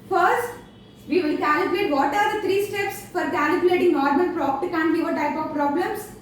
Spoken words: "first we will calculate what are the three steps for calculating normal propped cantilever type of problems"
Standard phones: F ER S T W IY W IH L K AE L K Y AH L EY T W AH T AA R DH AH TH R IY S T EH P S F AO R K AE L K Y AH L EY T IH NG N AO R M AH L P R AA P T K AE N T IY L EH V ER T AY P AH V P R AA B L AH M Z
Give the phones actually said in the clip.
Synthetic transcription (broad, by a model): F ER S T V IY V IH L K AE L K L EY T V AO T AA R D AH T R IY S T EH P S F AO R K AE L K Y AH L EY T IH NG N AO R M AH N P R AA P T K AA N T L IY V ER T AY P AH V P R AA B L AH M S